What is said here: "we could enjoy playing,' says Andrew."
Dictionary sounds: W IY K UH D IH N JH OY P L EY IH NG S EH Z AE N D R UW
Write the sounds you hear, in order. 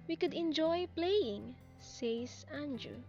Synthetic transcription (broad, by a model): W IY K UH D IH N JH OY P L EY IH NG S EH S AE N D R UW